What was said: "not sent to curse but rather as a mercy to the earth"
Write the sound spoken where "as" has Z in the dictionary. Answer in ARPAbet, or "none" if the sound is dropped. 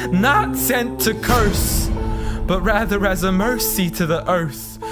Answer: Z